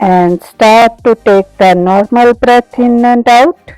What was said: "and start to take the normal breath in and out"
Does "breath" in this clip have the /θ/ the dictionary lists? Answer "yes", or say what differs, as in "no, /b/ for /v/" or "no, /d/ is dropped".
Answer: no, /t/ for /θ/